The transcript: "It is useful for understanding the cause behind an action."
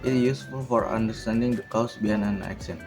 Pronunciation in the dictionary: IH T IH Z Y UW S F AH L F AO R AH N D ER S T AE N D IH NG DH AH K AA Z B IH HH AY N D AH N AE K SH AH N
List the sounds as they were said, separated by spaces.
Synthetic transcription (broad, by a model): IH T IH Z Y UW S F AH L F AO R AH N D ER S T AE N D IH NG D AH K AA S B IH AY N AH N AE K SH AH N